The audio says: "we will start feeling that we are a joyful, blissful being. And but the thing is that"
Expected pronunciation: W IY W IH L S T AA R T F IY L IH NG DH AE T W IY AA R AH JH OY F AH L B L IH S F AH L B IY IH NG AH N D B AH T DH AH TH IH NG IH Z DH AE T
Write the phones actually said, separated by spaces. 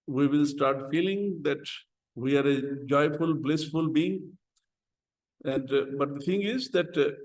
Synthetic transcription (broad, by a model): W IY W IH L S T AA R T F IY L IH NG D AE T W IY AA R AH JH OY F AH L B L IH S F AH L B IY IH NG AH N D B AH T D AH T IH NG IH Z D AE T